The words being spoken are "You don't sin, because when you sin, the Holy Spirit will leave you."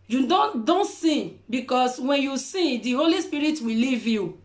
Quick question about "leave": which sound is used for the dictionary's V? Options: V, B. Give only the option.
V